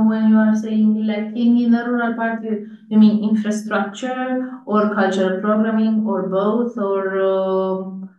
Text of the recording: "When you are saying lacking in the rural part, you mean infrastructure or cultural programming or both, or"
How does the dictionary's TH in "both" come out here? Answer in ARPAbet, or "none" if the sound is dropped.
T